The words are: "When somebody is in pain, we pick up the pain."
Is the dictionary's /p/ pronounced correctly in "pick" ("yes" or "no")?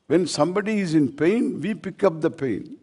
yes